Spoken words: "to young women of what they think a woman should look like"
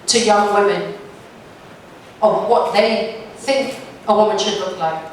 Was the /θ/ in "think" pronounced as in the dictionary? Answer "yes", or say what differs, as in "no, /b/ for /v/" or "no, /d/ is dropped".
yes